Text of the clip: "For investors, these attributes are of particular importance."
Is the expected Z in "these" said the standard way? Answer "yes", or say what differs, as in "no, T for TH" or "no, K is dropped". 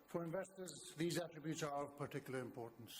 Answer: yes